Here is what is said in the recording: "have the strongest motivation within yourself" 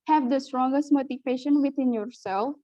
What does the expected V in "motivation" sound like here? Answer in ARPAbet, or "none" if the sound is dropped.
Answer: P